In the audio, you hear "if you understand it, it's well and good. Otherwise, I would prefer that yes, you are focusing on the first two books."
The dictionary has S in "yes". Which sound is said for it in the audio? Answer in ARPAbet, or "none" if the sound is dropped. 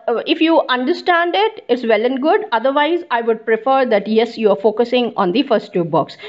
S